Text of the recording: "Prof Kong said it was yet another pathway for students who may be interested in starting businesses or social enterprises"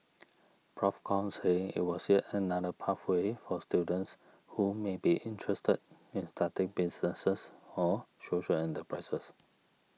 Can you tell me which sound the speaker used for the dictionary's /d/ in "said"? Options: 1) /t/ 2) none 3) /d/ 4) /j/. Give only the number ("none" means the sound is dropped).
2